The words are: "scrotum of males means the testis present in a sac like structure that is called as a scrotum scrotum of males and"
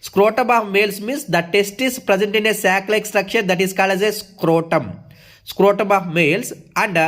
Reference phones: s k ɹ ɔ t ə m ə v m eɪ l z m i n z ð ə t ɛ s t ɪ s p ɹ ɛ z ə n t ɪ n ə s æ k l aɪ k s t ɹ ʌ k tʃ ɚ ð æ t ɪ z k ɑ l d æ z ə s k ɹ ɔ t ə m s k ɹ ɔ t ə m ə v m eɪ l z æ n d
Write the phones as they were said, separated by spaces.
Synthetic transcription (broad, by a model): s k ɹ ɔ t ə m ə v m eɪ l s m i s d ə t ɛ s t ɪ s p ɹ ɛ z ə n t ɪ n ə s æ k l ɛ k s t ɹ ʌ k ʃ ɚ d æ t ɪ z k ɑ l d æ z ə s k ɹ ɔ t ə m s k ɹ ɔ t ə m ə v m eɪ l s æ n d